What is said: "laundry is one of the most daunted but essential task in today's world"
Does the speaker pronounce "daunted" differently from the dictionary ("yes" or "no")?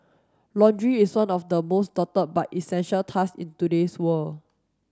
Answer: yes